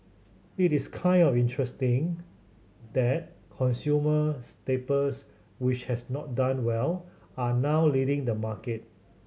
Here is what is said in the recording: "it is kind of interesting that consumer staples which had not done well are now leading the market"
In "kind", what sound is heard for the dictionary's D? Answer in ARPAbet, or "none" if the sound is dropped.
D